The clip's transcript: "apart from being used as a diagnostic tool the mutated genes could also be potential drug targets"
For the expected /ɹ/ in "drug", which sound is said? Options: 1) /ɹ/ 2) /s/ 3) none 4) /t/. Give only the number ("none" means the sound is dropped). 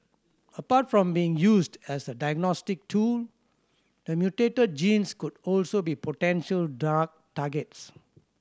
3